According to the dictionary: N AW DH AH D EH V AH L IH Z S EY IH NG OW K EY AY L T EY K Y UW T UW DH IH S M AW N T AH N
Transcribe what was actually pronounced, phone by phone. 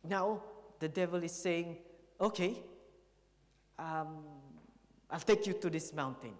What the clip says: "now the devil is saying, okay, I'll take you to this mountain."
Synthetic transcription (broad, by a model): N AW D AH D EH V AH L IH S EY IH NG OW K EY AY L T EY K Y UW T UW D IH S M AW N T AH N